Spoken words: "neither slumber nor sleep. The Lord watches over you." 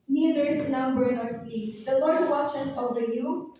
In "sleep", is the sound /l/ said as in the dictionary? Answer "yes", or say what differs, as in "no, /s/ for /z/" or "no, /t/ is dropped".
no, /l/ is dropped